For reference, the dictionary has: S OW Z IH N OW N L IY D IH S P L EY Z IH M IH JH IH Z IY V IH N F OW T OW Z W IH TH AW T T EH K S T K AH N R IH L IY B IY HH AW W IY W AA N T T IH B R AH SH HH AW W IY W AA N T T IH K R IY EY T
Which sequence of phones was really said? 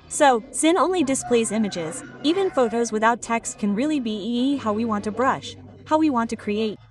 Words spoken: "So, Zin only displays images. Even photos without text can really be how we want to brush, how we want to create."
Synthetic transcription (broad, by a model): S OW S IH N OW N L IY D IH S P L EY Z IH M IH JH IH Z IY V IH N F OW T OW Z W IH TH AW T T EH K S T K AH N R IH L IY B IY HH AW W IY W AA N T T IH B R AH SH HH AW W IY W AA N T T IH K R IY EY T